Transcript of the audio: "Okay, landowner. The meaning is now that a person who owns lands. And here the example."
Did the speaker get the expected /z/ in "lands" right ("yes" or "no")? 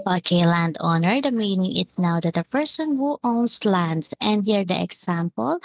no